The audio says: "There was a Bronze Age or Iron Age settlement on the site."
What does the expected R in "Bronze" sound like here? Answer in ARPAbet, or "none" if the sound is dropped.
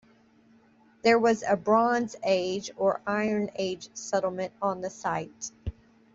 R